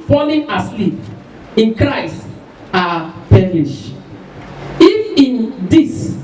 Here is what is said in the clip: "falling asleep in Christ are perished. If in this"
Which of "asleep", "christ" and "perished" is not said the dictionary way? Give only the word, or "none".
perished